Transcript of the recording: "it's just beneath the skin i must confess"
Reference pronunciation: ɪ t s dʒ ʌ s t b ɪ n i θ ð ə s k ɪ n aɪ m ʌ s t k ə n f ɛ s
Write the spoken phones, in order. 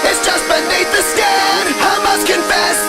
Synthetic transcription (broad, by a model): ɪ t s dʒ ʌ s t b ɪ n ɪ t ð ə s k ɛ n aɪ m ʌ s k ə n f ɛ s